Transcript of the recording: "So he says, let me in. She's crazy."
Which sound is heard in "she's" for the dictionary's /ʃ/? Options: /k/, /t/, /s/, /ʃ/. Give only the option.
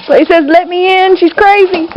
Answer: /ʃ/